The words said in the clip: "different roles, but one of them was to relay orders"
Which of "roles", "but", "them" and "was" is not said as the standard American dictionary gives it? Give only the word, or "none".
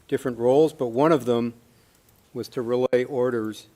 none